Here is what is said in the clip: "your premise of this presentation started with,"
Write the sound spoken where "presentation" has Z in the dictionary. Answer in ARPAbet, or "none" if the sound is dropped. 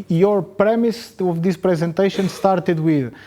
Z